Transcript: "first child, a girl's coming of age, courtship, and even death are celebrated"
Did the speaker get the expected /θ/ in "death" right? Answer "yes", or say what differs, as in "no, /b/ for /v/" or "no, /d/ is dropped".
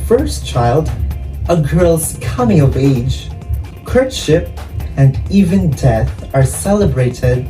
yes